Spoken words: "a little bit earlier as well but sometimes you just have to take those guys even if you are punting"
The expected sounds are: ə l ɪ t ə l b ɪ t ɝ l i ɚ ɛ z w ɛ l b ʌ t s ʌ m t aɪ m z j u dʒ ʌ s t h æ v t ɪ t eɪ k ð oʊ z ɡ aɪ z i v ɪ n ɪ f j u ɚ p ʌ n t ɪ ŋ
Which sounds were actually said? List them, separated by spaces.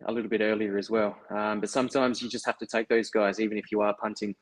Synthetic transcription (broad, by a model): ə l ɪ t l b ɪ t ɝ l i ɚ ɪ z w ɛ l b ʌ t s ʌ m t aɪ m z j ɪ dʒ ʌ s t h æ f t ɪ t eɪ k ð oʊ z ɡ aɪ z i v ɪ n ɪ f j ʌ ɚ p ʌ n t ɪ ŋ